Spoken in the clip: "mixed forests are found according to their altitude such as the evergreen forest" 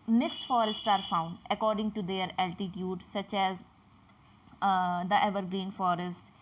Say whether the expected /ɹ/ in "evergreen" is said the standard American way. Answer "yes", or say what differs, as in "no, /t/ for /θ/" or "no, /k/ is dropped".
yes